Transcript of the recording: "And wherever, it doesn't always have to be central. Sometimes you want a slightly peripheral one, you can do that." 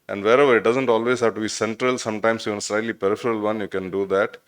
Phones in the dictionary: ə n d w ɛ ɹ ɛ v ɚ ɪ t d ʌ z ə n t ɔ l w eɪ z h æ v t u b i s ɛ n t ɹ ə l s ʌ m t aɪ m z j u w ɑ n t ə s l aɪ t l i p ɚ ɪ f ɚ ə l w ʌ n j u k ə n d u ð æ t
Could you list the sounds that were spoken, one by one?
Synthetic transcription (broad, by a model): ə n d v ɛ ɹ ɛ v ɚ ɪ t d ʌ z ə n t ɔ l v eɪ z h æ v t u b i s ɛ n t ɹ ə l s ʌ m t aɪ m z j u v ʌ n ə s l aɪ t l i p ɚ ɪ f ɚ ə l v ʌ n j u k ə n d u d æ t